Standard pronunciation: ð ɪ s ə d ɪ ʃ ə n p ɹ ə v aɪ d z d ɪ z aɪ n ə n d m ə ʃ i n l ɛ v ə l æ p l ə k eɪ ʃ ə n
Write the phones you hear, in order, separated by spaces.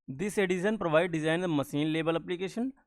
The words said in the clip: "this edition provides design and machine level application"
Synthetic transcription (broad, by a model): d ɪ s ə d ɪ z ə n p ɹ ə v aɪ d d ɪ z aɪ ə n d m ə s i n l ɛ b ə l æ p l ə k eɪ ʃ ə n